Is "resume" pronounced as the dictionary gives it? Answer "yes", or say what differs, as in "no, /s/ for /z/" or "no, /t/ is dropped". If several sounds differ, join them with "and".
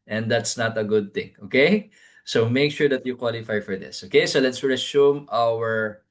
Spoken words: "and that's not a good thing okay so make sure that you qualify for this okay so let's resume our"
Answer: no, /s/ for /z/